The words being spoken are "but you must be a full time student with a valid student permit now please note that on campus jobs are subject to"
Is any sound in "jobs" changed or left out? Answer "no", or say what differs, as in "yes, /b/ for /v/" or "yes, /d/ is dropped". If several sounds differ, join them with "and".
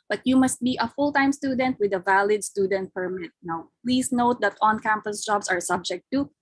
yes, /s/ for /z/